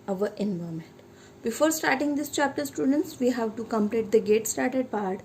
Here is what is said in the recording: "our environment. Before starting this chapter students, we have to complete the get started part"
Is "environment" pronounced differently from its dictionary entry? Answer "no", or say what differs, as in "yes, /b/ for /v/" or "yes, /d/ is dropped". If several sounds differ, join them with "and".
yes, /ɹ/ is dropped and /n/ is dropped